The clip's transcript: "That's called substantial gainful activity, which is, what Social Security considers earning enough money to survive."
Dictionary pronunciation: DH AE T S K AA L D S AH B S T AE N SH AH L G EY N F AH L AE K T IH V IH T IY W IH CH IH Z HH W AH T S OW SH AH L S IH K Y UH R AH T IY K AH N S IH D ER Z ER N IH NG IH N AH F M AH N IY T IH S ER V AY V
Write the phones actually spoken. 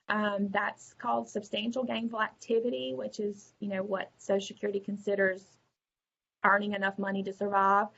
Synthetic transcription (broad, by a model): DH AE T S K AA L D S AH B S T AE N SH L G EY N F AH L AE K T IH V IH T IY W IH CH IH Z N W AH T S OW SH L S IH K Y UH R AH T IY K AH N S IH D ER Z ER N IH NG IH N AH F M AH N IY T IH S ER V AY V